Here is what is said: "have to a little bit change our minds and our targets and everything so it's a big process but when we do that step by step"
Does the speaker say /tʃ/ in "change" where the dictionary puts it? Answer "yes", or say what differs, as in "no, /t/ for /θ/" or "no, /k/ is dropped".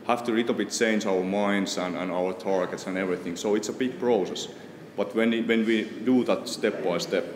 yes